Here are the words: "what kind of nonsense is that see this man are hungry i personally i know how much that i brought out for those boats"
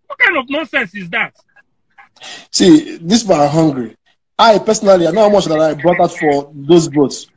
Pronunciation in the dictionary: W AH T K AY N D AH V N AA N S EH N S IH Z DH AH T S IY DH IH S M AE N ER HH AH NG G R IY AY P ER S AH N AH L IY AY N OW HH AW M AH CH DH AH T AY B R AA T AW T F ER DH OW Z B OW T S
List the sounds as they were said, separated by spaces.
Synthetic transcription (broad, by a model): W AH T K AY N AH V N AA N S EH N S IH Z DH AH T S IY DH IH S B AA ER HH AH NG G R IY AY P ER S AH N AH L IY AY N OW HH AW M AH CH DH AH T AY B R AA T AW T F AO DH OW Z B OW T S